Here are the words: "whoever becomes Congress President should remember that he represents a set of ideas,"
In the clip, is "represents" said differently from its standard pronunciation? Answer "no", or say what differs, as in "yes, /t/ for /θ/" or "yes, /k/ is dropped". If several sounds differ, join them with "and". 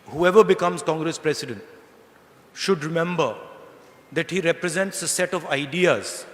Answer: no